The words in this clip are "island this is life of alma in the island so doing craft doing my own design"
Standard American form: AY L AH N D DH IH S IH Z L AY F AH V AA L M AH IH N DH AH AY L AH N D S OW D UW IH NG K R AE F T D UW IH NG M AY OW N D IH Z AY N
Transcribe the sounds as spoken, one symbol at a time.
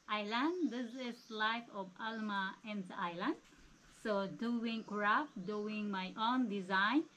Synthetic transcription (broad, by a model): AY L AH N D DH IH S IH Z L AY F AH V AA L M AH IH N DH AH AY L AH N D S OW D UW IH NG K R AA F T D UW IH NG M AY OW N D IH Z AY N